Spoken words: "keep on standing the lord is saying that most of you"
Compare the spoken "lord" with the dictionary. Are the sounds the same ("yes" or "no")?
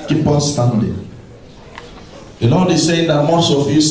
no